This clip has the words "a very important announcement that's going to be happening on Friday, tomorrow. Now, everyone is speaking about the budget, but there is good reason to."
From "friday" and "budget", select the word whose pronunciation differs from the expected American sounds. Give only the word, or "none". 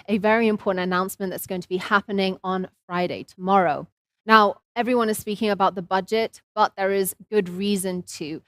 none